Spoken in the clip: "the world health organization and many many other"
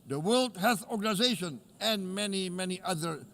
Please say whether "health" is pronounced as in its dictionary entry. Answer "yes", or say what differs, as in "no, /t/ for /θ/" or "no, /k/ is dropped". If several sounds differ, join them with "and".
no, /l/ is dropped